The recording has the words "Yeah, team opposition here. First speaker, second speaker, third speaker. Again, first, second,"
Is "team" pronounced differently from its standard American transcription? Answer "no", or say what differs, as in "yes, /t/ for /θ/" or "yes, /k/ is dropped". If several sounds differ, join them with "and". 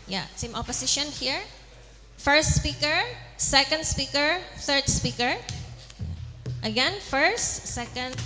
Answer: yes, /s/ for /t/